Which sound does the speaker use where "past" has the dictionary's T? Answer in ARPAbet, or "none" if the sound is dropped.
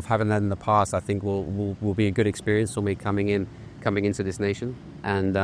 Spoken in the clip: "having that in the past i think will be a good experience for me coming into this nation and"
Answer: T